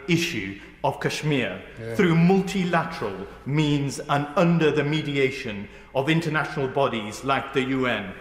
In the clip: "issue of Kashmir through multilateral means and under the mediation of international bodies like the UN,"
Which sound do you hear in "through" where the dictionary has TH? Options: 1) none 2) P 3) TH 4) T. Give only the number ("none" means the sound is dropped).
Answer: 3